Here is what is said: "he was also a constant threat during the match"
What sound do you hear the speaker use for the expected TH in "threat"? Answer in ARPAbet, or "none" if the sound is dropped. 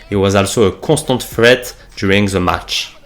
F